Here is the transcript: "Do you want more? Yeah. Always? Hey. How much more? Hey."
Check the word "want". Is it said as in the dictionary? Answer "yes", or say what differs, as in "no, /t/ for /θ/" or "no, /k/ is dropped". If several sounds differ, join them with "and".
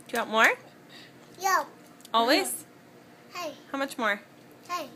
no, /n/ is dropped